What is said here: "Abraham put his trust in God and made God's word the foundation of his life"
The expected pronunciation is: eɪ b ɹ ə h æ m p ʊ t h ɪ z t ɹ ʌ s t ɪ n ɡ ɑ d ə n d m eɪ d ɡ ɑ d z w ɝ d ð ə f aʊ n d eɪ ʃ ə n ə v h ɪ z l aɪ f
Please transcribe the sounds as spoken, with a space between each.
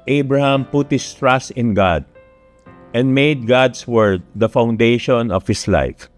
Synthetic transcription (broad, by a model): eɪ b ɹ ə h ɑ m p ʊ t h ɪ s t ɹ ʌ s t ɪ n ɡ ɑ d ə n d m eɪ d ɡ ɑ d s w ɝ d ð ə f aʊ n d eɪ ʃ ə n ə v h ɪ s l aɪ f